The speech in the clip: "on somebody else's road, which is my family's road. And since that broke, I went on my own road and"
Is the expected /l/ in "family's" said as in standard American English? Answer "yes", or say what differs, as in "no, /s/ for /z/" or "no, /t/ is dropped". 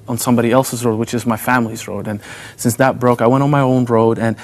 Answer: yes